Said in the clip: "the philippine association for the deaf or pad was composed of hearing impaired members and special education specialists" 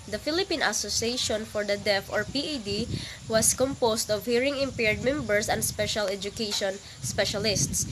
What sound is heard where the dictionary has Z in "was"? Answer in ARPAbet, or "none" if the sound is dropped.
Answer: S